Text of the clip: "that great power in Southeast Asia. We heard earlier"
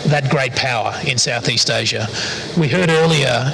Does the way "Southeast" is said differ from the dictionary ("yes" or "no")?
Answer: no